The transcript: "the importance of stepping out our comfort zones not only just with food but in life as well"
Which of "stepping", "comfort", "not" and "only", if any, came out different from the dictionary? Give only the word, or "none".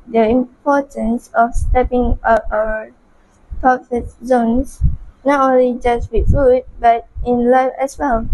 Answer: comfort